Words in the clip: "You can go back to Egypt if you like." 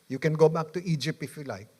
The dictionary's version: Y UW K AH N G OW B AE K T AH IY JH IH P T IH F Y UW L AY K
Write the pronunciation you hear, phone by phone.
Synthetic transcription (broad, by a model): Y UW K AH N G OW B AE K T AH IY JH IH P IH F Y UW L AY K